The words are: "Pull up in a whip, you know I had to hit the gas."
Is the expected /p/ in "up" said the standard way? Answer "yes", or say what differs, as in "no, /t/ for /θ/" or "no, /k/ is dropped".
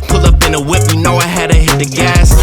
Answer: no, /b/ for /p/